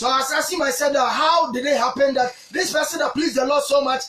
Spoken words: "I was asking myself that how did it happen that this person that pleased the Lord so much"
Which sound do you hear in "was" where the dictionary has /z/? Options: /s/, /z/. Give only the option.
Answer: /s/